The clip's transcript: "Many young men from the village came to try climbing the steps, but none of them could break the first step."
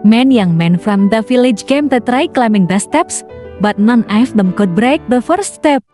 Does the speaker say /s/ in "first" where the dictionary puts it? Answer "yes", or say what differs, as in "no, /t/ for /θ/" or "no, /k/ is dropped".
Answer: no, /s/ is dropped